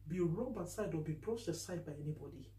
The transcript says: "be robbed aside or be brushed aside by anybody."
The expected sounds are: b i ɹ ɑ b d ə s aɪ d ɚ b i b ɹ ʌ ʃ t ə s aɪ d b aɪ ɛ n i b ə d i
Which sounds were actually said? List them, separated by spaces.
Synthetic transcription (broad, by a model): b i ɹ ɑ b ə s aɪ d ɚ b i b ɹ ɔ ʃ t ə s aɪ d b aɪ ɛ n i b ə d i